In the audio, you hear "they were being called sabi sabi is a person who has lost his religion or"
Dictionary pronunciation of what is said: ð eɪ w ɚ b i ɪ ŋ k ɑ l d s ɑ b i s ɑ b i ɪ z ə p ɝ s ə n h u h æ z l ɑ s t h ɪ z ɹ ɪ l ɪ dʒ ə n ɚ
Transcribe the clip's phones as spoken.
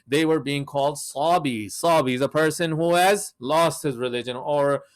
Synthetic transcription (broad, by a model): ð eɪ w ɚ b i ɪ ŋ k ɑ l d s ɑ b i s ɑ b i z ə p ɝ s ə n h u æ z l ɑ s t h ɪ z ɹ ɪ l ɪ dʒ ə n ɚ